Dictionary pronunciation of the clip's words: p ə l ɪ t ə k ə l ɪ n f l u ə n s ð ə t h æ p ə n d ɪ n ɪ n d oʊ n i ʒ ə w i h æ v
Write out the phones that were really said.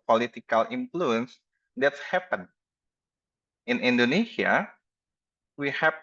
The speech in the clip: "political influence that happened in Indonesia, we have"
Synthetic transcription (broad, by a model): p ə l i t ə k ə l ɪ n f l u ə n s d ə t h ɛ p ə n ɪ n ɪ n d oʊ n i s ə w i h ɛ